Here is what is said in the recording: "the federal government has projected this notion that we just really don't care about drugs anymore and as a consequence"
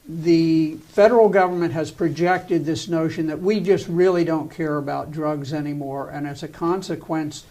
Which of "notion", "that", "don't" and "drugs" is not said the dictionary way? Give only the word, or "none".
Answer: none